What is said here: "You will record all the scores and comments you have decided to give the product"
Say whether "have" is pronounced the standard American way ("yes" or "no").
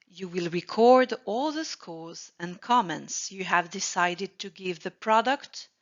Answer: yes